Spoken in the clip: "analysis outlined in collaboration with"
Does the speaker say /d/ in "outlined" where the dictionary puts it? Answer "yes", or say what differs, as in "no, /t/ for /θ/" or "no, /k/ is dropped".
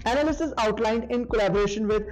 yes